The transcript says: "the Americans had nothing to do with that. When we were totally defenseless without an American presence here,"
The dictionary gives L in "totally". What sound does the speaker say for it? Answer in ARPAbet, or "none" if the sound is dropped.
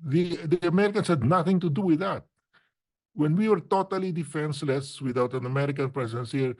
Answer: L